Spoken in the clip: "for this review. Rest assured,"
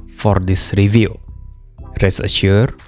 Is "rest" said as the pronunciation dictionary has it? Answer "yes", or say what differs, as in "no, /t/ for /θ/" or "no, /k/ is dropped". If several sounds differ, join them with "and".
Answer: no, /t/ is dropped